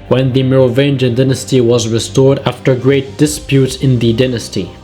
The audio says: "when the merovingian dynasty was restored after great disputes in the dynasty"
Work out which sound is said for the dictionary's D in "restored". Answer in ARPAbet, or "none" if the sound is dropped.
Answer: D